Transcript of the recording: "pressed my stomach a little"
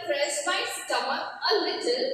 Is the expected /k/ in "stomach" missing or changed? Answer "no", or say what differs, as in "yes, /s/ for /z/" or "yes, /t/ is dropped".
yes, /k/ is dropped